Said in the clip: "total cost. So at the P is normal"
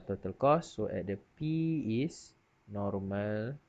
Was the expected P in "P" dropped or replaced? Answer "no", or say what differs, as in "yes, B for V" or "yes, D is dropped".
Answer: no